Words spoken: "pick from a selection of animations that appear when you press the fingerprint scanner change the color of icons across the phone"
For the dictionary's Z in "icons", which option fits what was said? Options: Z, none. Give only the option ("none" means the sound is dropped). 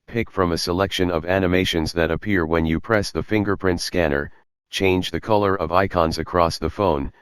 Z